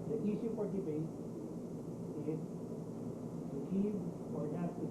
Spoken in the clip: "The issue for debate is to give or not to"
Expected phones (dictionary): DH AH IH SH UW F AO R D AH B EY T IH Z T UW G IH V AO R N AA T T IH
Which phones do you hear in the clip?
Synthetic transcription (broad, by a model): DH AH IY S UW F AO R D AH B EY T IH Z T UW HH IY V AO R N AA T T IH